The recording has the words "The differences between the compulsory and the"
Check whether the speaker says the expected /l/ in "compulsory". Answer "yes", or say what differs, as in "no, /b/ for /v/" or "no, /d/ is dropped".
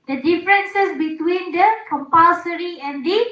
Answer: no, /l/ is dropped